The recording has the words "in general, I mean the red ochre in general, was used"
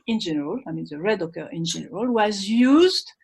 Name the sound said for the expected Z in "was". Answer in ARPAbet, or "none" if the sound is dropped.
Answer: Z